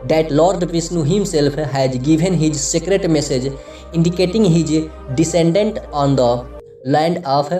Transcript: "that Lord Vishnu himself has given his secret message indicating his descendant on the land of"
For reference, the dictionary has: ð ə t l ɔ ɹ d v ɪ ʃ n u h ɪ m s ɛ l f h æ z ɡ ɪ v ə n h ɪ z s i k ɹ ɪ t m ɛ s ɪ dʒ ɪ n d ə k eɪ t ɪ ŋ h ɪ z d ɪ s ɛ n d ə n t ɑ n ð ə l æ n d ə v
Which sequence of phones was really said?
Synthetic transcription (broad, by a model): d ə t l ɔ ɹ d p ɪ s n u h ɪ m s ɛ l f h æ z ɡ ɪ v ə n h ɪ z s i k ɹ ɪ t m ɛ s ɪ dʒ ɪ n d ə k eɪ t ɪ ŋ h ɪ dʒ d ɪ s ɛ n d ə n t ɑ n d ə l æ n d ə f